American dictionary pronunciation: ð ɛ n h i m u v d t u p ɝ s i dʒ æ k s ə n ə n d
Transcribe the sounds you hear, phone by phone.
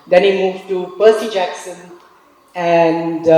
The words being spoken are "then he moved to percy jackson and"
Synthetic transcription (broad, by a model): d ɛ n h i m u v t u p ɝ s i dʒ æ k s ə n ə n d